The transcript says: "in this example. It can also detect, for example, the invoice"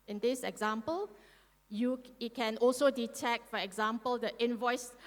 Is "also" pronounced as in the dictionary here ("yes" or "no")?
yes